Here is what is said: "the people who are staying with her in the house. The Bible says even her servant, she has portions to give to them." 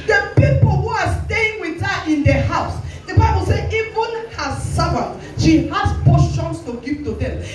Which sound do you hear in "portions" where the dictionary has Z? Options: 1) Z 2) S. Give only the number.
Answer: 2